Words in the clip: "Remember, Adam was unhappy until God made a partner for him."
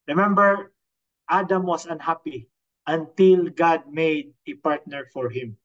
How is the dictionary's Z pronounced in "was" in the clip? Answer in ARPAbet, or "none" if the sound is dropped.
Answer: S